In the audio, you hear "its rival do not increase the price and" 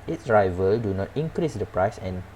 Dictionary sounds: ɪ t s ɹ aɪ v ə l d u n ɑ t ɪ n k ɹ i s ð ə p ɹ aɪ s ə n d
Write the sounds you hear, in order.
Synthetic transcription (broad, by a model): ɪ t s ɹ aɪ v ə l d u n ɑ t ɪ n k ɹ i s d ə p ɹ aɪ s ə n